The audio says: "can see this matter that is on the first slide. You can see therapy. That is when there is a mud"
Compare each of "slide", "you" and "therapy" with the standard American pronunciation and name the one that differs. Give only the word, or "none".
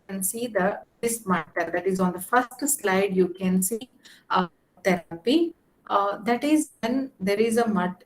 therapy